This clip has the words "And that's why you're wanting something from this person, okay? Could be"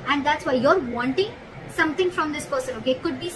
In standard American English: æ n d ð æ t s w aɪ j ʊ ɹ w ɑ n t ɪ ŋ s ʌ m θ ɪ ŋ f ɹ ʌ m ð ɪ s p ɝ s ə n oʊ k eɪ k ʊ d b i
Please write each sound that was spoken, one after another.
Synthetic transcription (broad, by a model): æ n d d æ t s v aɪ j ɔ ɹ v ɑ n t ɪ ŋ s ʌ m t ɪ ŋ f ɹ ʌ m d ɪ s p ɝ s ə n oʊ k eɪ k ʊ d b i